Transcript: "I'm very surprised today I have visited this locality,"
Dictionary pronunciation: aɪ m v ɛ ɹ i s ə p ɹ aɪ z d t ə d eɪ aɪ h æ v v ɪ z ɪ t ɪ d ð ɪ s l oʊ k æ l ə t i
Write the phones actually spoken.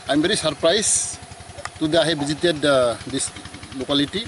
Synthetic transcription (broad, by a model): aɪ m b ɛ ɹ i s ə p ɹ aɪ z t ə d eɪ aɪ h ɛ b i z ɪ t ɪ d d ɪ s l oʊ k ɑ l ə t i